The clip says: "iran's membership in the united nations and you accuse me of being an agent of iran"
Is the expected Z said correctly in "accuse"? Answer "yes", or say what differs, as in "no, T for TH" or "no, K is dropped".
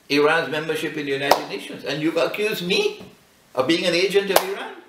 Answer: yes